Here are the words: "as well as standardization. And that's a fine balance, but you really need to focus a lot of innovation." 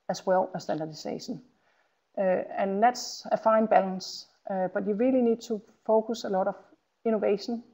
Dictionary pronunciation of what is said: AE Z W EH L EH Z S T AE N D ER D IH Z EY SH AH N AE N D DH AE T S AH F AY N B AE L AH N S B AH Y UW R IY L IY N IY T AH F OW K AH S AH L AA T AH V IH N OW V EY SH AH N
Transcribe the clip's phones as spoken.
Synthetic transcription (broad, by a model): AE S W EH L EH S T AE N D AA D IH S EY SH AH N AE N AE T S AH F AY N B AE L AH N S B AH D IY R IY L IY N IY S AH F OW K AH S AH L AA T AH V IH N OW V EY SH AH N